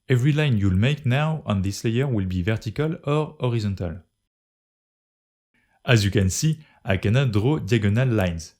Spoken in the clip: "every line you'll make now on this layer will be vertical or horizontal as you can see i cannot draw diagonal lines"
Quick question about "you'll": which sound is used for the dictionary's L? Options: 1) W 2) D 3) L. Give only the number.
3